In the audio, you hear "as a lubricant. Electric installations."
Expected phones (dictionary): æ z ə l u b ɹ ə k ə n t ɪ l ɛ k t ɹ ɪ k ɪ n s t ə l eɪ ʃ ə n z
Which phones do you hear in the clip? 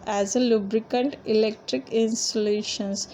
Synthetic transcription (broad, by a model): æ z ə l u b ɹ ə k ə n t ɪ l ɛ k t ɹ ɪ k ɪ n s t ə l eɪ ʃ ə n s